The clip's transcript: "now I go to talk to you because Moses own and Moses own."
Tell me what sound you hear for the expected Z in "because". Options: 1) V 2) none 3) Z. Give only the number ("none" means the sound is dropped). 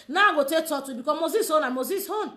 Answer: 2